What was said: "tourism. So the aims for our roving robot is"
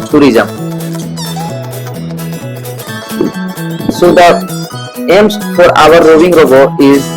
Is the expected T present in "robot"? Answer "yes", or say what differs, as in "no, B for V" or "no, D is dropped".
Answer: no, T is dropped